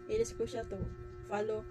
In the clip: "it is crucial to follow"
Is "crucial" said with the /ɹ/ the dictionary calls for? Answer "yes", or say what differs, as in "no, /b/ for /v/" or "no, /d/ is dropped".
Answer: no, /ɹ/ is dropped